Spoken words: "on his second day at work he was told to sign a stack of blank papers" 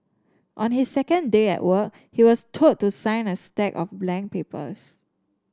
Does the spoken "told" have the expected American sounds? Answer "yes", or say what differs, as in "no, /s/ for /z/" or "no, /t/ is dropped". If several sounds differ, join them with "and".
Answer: no, /l/ is dropped